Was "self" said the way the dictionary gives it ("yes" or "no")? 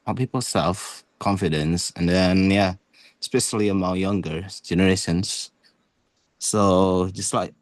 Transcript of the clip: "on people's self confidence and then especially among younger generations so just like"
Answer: yes